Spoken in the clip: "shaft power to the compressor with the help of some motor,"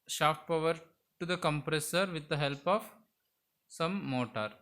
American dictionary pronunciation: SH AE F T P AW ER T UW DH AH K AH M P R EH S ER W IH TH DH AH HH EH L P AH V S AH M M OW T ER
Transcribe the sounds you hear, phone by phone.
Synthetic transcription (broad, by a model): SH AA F T P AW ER T UW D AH K AH M P R EH S ER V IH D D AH HH EH L P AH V S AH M M OW T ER